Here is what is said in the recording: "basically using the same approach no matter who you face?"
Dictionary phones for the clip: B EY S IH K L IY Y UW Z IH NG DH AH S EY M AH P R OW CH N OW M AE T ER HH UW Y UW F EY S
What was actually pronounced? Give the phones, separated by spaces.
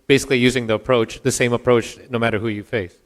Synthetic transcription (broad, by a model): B EY S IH K L IY Y UW Z IH NG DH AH S EY M AH P R OW CH N OW M AE T ER HH UW Y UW F EY S